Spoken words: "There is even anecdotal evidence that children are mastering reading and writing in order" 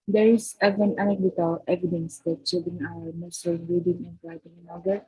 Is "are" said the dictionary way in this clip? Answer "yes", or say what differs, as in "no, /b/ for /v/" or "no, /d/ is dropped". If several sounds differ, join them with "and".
no, /w/ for /ɹ/